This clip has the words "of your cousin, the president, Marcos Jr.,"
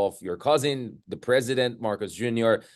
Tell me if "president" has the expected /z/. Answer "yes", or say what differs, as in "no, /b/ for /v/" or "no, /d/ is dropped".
yes